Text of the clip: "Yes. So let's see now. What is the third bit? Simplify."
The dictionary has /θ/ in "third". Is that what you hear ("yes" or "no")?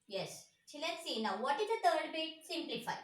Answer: no